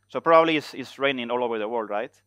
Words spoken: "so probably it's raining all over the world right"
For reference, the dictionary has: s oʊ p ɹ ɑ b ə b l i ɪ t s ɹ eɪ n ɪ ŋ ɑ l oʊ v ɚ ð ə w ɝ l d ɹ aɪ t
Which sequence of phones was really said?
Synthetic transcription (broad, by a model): s oʊ p ɹ ɑ b ə b l i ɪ s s ɹ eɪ n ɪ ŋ ɑ l oʊ v ɚ ð ə w ɝ l d ɹ aɪ t